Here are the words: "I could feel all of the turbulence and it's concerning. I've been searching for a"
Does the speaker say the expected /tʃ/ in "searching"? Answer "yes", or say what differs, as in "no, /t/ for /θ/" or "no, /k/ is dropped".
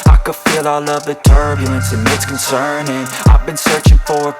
yes